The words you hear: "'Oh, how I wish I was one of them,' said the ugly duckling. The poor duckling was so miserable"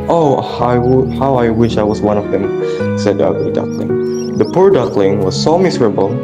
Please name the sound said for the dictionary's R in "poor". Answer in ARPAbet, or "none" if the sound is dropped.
R